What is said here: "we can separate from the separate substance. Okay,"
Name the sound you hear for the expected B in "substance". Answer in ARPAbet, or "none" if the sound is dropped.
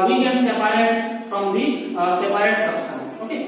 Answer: none